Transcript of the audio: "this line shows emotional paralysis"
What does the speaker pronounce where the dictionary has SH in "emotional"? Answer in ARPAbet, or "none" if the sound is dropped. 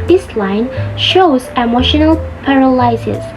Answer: SH